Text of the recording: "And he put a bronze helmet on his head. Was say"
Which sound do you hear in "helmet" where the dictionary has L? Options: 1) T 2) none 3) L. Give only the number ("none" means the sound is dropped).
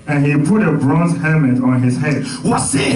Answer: 2